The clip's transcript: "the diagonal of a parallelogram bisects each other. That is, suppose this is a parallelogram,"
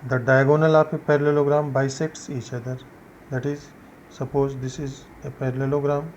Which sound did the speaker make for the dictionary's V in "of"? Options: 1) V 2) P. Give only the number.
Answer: 2